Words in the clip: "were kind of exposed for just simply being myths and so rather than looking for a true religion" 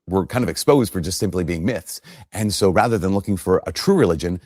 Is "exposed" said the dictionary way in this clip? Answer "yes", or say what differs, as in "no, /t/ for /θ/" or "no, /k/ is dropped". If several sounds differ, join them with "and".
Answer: yes